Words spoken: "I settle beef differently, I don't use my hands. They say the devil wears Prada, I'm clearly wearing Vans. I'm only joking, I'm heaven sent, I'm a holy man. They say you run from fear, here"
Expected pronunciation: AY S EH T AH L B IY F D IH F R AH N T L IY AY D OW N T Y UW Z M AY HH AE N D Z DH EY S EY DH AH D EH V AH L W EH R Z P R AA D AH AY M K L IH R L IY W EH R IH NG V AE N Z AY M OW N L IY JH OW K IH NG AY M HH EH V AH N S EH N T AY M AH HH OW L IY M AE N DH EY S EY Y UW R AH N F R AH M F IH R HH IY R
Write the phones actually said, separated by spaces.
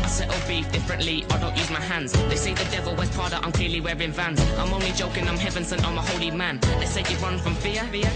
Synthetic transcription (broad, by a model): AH S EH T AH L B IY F D IH F R AH N T L IY AY D OW N T Y UW Z M AY HH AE N D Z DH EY S EY DH AH D EH V AH L W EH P AA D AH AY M K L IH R L IY W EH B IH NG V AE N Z AY M OW N L IY JH OW K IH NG AY M HH EH V AH N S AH N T AY M AH HH OW L IY M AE N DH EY S EY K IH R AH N F R AH M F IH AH